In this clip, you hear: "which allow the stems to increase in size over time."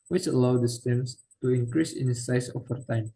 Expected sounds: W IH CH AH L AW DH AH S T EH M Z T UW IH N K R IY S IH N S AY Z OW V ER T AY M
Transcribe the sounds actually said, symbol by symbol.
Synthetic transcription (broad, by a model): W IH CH AH L AW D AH S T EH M S T UW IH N K R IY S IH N S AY S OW F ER T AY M